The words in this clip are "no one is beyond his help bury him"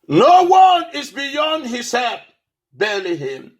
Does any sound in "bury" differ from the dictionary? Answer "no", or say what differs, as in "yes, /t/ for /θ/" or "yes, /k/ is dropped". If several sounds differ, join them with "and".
yes, /l/ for /ɹ/